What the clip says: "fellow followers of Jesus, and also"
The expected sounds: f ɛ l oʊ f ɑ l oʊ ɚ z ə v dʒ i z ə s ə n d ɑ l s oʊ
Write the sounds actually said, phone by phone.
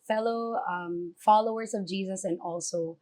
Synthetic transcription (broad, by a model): f ɛ l oʊ f ɑ l oʊ ɚ z ə v dʒ i z ə s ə n ɑ l s oʊ